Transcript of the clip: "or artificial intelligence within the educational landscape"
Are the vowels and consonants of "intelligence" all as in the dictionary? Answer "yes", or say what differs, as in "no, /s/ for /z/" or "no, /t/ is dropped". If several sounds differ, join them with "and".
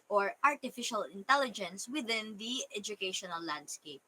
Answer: yes